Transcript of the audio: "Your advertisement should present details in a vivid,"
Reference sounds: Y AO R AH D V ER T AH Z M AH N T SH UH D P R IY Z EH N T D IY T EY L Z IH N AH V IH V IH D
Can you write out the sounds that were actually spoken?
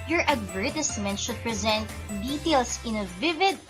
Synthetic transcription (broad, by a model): Y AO R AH D V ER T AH S M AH N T SH UH D P R IY Z EH N T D IY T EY L S IH N AH V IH V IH D